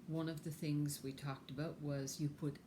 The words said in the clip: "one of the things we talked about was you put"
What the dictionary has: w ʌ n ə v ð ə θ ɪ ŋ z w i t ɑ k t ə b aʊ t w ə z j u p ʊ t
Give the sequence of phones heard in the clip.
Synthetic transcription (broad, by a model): w ʌ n ə v ð ə θ ɪ ŋ z w i t ɑ k t ə b aʊ t w ə z j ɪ p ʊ t